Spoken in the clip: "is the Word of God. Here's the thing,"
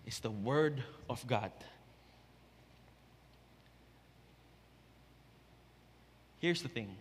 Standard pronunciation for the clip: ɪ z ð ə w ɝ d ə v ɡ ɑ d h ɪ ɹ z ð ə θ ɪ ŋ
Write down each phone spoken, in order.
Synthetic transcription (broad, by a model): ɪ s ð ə w ɝ d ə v ɡ ɑ d h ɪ ɹ s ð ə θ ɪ ŋ